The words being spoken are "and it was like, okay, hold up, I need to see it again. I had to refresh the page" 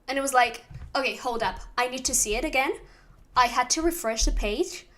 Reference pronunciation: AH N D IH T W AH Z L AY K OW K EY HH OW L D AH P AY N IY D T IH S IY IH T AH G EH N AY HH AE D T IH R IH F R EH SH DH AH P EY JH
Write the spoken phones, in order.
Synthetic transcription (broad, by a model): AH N IH T W AH Z L AY K OW K EY HH OW L D AH P AY N IY D T IH S IY IH T AH G EH N AY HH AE D T IH R IH F R EH SH DH AH P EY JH